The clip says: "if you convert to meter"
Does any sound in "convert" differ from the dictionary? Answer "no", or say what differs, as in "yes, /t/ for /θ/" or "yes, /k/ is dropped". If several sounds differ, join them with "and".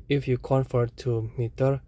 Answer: yes, /f/ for /v/